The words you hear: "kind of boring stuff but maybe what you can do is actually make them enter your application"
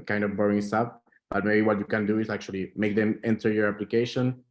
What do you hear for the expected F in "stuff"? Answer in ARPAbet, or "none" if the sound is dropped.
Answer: P